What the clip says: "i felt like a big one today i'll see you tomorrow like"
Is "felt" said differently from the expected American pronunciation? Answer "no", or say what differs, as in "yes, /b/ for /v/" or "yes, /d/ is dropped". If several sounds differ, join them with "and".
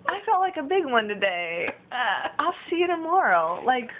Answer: yes, /l/ is dropped